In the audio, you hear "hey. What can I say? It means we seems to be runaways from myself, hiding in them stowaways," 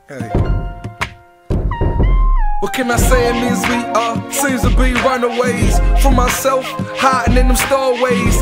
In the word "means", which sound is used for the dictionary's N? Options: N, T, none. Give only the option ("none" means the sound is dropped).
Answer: none